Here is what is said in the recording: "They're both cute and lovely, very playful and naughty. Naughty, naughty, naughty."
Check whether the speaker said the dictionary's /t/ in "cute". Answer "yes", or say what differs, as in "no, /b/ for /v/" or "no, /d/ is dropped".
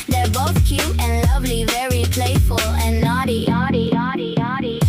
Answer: no, /t/ is dropped